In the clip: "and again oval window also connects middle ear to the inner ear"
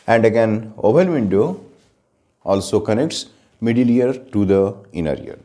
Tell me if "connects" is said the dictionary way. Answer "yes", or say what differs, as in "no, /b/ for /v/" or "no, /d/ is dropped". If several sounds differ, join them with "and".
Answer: yes